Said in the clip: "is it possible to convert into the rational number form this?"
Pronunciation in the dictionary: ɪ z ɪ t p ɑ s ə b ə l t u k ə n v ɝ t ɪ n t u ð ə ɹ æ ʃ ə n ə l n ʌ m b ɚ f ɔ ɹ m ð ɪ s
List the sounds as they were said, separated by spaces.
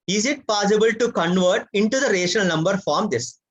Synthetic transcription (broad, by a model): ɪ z ɪ t p ɑ s ə b ə l t u k ə n v ɝ t ɪ n t u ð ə ɹ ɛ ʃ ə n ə l n ʌ m b ɚ f ɔ ɹ m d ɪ s